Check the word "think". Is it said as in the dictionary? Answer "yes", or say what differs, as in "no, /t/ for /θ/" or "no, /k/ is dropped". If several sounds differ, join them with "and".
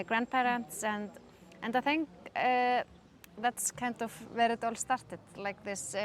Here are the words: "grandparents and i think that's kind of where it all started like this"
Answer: yes